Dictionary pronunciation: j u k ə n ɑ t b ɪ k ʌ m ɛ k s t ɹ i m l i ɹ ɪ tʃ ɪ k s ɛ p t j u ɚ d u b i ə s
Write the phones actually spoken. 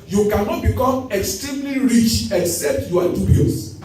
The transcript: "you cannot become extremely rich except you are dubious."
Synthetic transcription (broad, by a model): j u k ə n ɑ t b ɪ k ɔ m ɛ k s t ɹ i m l i ɹ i tʃ ɪ k s ɛ p t j u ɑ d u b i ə s